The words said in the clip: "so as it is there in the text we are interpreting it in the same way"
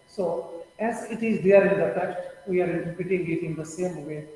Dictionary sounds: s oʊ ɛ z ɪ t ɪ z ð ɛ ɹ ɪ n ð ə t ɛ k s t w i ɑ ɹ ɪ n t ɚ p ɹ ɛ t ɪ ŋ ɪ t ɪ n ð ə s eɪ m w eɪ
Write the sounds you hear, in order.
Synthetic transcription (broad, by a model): s oʊ ɛ z ɪ t ɪ z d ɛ ɹ ɪ n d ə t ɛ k t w i ɑ ɹ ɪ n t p ɪ t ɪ ŋ ɪ t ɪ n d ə s eɪ m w eɪ